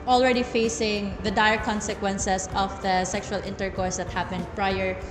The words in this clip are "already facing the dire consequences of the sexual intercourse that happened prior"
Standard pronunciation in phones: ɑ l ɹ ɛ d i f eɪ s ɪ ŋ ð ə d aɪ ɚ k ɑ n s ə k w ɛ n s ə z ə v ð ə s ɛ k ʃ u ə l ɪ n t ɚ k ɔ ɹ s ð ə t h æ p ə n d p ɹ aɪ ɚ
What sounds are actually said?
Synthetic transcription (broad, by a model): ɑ l ɹ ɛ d i f eɪ s ɪ ŋ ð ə d aɪ ɚ k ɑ n s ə k w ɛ n s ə s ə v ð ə s ɛ k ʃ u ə l ɪ n t ɚ k ɔ ɹ s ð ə t h æ p ə n d p ɹ aɪ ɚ